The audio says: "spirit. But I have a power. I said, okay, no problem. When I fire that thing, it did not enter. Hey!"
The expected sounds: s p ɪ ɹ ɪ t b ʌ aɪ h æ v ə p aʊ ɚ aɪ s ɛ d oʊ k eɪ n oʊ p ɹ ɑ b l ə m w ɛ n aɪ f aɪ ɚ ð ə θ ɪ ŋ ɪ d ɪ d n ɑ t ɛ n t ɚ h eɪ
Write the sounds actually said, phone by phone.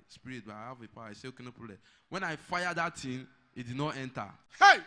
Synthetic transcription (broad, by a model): s p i ɹ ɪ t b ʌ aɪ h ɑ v ə p aʊ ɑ aɪ s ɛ oʊ k eɪ n oʊ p ɑ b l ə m w ɛ n aɪ f aɪ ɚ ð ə t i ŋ ɪ d ɪ d n ɑ t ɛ n t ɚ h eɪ